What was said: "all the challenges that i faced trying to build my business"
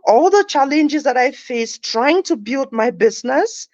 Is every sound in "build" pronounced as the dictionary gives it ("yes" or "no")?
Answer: yes